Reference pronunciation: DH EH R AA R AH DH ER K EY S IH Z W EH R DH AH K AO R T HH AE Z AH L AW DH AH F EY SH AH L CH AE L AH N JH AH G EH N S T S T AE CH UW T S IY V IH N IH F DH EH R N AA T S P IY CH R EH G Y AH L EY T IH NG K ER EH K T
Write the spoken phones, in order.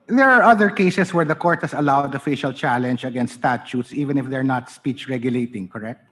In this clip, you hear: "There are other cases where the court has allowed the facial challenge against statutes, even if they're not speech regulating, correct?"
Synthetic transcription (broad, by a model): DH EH R AA R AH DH ER K EY S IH S W EH R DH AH K AO R T HH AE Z AH L AW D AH F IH SH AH L CH AE L AH N JH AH G EH N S S T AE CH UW T S IY V IH N IH F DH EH R N AA T S P IY CH R EH G Y AH L EY T IH NG K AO EH K T